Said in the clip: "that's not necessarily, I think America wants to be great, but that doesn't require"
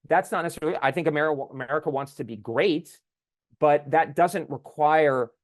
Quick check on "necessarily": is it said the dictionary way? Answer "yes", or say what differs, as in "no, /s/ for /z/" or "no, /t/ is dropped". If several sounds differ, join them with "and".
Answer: no, /l/ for /ɹ/